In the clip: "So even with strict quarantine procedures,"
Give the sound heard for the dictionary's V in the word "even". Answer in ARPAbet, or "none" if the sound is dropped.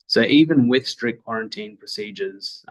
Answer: V